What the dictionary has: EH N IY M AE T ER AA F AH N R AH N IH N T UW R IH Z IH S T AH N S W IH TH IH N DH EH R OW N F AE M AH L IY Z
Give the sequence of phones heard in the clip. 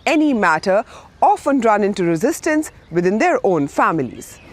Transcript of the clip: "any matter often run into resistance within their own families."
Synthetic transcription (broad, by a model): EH N IY M AE T ER AA F AH N R AH N IH N T UW R IH Z IH S T AH N S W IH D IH N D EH R OW N F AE M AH L IY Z